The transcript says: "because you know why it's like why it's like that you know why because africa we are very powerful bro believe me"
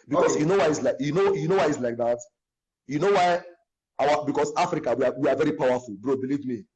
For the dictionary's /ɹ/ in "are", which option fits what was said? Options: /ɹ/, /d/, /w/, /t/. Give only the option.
/w/